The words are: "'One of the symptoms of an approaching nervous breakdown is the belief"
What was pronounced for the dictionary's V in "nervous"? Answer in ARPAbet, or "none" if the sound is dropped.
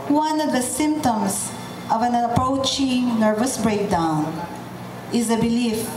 V